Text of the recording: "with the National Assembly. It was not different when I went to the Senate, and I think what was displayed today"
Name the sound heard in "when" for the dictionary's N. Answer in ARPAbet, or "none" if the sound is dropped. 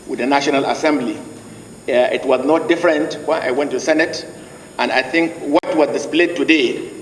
none